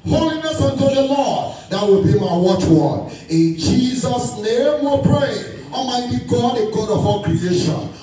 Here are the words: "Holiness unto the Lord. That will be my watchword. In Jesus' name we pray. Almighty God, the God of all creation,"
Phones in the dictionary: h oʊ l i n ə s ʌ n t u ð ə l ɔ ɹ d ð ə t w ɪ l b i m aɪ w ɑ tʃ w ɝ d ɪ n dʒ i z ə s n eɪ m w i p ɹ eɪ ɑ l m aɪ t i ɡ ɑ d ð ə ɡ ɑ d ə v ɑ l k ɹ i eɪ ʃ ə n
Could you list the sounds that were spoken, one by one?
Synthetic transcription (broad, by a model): h oʊ l i n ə s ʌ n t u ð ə l ɔ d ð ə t w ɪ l b i m aɪ w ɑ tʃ w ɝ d ɪ n dʒ i z ə s n eɪ m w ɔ p ɹ eɪ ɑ m aɪ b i ɡ ɑ d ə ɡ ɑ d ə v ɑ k ɹ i eɪ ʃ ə n